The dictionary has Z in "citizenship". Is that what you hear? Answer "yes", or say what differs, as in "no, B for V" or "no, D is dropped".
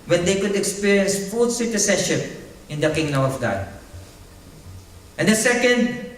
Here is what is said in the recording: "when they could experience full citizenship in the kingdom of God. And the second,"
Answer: no, S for Z